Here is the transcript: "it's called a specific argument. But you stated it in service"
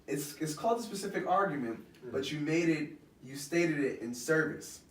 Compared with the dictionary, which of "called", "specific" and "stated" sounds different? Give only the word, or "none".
none